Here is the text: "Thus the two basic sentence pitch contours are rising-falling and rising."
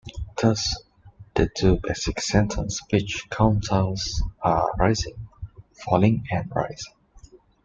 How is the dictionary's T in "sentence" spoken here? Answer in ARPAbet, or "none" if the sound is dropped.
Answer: T